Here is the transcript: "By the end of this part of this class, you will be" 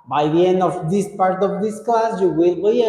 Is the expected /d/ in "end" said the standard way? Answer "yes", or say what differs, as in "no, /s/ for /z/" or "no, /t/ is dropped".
yes